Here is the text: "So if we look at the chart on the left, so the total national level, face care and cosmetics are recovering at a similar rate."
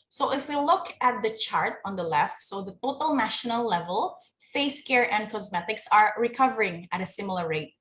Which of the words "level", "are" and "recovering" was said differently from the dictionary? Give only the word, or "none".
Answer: none